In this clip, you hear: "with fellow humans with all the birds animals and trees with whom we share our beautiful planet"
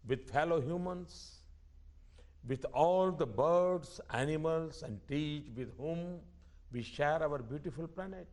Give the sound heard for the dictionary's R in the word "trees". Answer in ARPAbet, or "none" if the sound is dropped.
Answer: none